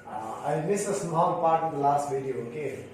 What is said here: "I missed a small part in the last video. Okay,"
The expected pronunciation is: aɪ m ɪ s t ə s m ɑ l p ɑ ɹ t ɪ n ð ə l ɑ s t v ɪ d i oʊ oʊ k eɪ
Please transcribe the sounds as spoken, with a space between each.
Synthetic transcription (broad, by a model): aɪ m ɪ s ə s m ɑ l p ɑ ɹ t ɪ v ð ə l ɑ s t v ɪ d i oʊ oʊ k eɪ